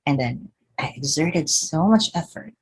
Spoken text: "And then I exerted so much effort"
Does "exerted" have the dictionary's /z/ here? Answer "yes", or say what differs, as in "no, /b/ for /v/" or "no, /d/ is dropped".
yes